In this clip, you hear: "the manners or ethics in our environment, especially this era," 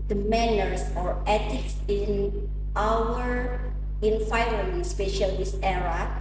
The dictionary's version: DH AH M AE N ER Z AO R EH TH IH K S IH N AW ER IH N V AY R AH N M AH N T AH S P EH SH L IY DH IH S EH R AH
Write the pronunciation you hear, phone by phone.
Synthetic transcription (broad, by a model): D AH M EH N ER S AO R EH T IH K S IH N AW ER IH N F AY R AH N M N S P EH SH IY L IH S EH R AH